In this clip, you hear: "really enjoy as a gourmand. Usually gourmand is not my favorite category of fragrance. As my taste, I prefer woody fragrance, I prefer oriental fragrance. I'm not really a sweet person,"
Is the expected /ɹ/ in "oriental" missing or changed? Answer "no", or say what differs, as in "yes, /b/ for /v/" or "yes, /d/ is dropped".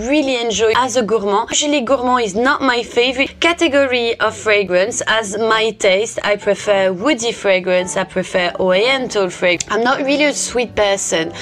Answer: yes, /ɹ/ is dropped